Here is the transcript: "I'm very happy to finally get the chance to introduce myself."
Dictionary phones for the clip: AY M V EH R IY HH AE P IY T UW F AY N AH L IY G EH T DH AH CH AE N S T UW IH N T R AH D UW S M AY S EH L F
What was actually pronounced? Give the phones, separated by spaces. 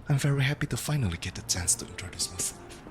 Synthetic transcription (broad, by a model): AY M V EH R IY HH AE P IY T UW F AY N AH L IY G EH T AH CH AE N S T UW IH N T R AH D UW S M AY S